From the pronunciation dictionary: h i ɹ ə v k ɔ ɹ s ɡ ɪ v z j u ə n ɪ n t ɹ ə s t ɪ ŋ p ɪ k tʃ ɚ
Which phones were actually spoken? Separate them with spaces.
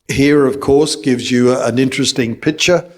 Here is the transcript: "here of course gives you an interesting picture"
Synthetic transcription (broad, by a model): h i ɹ ə v k ɔ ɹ s ɡ ɪ v z j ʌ ə n ɪ n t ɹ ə s t ɪ ŋ p ɪ k tʃ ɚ